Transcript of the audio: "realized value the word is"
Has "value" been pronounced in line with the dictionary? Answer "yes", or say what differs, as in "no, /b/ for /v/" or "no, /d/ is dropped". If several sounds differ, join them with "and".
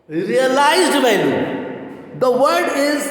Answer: no, /b/ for /v/